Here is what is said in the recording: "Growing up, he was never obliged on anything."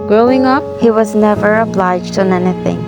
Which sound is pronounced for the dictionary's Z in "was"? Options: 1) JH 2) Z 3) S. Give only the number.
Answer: 2